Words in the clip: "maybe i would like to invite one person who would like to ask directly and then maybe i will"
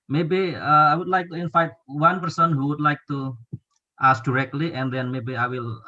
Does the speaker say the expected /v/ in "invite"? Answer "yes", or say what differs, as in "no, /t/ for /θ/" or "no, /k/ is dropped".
no, /f/ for /v/